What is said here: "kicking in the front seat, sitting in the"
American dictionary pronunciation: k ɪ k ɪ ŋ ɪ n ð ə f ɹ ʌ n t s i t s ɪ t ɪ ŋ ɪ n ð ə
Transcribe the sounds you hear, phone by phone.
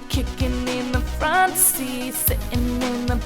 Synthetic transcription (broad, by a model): k ɪ k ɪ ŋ ɪ n ð ə f ɹ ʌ n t s s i s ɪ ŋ ɪ n ð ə